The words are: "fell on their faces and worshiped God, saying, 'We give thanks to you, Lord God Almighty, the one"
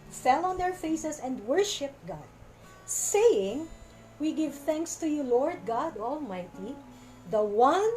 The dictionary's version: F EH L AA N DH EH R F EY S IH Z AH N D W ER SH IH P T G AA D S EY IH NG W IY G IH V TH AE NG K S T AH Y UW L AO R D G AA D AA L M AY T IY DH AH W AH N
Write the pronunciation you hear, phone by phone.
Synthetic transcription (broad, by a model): F EH L AA N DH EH R F EY S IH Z AH N D W ER SH IH P T G AA D S EY IH NG W IY G IH V TH AE NG K S T AH Y UW L AO R D G AA D AA L M AY T IY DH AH W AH N